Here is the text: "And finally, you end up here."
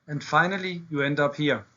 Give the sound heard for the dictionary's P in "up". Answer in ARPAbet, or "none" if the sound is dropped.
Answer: P